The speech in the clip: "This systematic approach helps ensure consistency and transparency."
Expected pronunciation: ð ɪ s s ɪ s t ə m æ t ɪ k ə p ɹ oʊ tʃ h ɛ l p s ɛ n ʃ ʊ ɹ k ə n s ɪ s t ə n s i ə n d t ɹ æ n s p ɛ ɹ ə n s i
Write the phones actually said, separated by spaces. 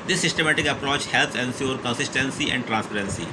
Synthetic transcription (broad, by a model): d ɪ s s ɪ s t ə m æ t ɪ k ə p ɹ oʊ tʃ h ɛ l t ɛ n s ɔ ɹ k ə n s ɪ s t ə n s i ə n d t ɹ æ n s p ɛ ɹ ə n s i